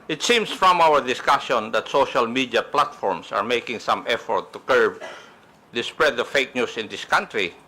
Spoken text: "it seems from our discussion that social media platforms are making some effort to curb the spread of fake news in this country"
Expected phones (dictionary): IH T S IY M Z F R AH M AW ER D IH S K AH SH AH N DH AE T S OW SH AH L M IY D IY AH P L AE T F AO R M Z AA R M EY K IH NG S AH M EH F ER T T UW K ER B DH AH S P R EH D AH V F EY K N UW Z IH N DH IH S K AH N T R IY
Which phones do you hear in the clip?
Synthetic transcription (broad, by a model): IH T S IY M S F R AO M AW ER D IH S K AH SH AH N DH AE T S OW SH AH L M IY D IY AH P L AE T F AO R M S AA R M EY K IH NG S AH M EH F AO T T UW K ER B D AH S P R EH D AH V F EY K N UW S IH N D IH S K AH N T R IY